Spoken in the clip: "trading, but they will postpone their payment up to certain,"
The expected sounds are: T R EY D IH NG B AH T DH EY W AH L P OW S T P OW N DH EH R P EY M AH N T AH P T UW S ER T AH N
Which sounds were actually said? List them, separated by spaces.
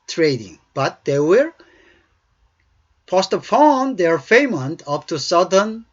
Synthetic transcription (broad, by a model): T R EY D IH NG B AH T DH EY W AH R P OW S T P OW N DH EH R F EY M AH N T AH P T UW S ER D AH N